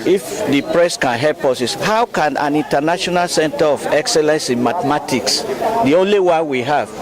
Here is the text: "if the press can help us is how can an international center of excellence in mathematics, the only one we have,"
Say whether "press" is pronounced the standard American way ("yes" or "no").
yes